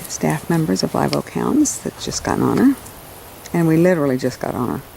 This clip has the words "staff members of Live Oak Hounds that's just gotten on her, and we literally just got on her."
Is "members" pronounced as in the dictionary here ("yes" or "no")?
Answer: yes